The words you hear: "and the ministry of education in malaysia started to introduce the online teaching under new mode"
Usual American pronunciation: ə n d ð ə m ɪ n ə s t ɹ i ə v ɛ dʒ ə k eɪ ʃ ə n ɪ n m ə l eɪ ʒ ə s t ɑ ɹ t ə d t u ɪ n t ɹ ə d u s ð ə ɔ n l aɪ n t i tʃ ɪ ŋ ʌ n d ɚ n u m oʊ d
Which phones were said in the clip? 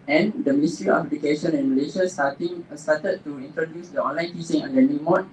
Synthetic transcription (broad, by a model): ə n d ə m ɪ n s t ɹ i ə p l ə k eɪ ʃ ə n ɪ n m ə l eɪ ʃ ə s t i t t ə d t u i n t ɹ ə d u s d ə ɔ n l aɪ n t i s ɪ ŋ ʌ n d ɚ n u m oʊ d